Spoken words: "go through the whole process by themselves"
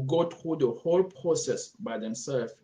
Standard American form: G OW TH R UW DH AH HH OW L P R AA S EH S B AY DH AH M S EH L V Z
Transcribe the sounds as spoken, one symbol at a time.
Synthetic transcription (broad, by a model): G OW T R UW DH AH HH OW L P R AA S EH S B AY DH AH M S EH L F